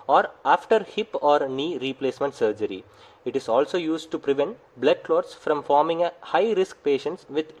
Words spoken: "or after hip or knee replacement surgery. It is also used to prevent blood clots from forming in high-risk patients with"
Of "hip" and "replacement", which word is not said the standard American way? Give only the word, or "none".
none